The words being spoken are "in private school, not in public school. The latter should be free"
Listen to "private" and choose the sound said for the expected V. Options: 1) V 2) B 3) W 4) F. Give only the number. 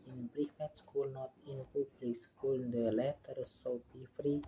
4